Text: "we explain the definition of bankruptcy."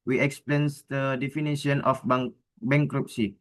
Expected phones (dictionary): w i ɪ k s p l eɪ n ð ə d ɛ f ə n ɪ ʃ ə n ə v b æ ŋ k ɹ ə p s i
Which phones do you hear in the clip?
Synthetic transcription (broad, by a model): w i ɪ k s p l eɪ n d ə d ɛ f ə n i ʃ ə n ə b b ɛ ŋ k ɹ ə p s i